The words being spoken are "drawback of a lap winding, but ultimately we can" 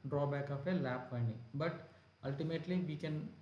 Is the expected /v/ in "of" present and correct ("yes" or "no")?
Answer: no